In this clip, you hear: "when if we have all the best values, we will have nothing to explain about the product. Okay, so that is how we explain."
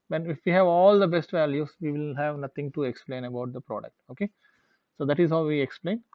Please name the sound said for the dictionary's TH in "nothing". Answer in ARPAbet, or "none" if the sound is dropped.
T